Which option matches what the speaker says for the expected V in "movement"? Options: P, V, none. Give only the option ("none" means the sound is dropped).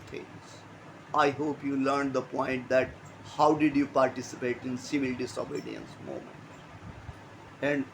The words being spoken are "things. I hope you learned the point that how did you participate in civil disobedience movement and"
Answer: none